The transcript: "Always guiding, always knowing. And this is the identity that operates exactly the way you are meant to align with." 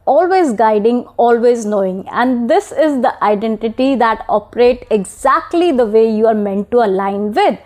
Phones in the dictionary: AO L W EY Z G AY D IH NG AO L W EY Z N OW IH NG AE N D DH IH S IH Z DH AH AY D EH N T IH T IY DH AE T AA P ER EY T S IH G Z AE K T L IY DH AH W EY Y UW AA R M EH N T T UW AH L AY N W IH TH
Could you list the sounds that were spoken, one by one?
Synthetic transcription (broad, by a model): AO L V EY Z G AY D IH NG AO L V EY Z N OW IH NG AE N D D IH S IH Z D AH AY D EH N T IH T IY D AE T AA P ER EY T IH G Z AE K T L IY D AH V EY Y UW AA R M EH N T T UW AH L AY N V IH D